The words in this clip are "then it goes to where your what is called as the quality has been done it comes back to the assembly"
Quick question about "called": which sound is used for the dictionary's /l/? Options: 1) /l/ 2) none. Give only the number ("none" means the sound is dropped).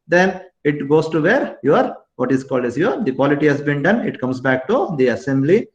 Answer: 1